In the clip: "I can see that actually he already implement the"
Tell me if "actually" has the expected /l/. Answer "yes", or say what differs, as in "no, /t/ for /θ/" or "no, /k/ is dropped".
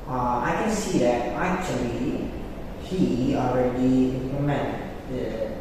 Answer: yes